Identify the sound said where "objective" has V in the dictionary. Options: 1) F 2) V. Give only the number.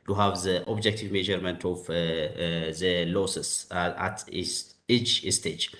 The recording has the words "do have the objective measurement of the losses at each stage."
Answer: 2